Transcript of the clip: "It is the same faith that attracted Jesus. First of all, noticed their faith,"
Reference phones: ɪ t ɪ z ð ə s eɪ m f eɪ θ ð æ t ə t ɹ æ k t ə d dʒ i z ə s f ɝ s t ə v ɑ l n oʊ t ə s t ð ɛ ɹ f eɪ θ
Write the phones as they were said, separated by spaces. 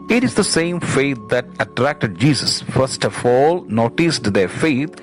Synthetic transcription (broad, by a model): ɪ t ɪ z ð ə s eɪ m f eɪ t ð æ t ə t ɹ æ k t ə d dʒ i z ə s f ɝ s t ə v ɑ l n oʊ t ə s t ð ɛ ɹ f eɪ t